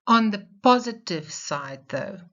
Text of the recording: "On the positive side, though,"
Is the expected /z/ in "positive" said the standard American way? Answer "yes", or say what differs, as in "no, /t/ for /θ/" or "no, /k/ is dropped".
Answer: yes